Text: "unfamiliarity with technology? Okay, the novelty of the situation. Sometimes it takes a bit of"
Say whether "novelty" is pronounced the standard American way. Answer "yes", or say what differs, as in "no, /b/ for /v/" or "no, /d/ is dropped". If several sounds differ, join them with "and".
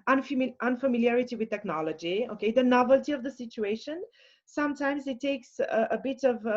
yes